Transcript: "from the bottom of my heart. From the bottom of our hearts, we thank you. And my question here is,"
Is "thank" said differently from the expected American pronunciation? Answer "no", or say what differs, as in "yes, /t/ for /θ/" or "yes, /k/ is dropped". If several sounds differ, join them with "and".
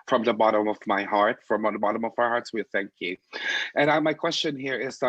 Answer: no